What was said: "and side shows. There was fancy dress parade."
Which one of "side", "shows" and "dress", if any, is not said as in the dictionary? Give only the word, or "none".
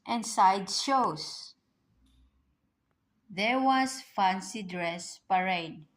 shows